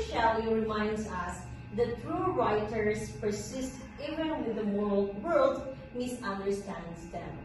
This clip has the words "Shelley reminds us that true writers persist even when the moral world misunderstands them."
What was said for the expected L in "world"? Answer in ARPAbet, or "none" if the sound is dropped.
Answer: L